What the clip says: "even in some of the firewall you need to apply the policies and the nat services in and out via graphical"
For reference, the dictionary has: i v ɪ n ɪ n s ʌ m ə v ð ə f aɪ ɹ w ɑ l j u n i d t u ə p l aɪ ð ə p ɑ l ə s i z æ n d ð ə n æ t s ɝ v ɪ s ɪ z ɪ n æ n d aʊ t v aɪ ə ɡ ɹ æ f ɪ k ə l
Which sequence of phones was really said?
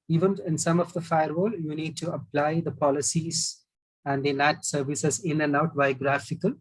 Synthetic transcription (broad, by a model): i v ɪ n ɪ n s ʌ m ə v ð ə f aɪ ɹ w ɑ l j u n i d t u ə p l aɪ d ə p ɑ l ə s i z æ n d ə n æ t s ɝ v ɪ s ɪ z ɪ n æ n d aʊ t b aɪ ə ɡ ɹ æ f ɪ k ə l